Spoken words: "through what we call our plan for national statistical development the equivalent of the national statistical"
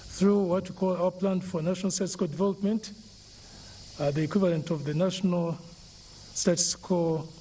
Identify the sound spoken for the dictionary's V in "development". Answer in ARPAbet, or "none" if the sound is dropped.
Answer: V